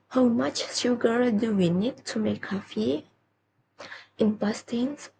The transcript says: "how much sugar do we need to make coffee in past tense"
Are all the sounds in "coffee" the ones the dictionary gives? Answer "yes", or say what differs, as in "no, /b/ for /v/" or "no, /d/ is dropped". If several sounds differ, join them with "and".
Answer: yes